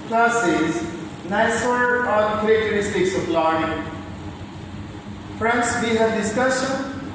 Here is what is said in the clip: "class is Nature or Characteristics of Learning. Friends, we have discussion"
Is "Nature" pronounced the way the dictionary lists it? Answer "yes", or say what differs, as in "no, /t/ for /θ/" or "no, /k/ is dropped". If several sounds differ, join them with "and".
no, /s/ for /tʃ/